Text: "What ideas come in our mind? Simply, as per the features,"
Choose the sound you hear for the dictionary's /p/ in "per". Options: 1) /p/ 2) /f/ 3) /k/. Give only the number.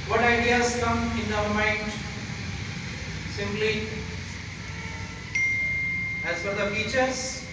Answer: 2